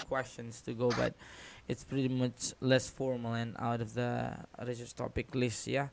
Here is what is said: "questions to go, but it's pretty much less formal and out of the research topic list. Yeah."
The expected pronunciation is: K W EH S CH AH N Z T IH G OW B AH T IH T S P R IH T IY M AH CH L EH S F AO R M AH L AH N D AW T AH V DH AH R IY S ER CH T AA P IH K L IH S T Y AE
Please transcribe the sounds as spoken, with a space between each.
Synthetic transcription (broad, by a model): K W EH S CH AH N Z T IH G OW B AH T IH T S P R IH T IY M AH CH L EH S F AO R M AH L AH N AW T AH V DH AH R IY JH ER S T AA P IH K L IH S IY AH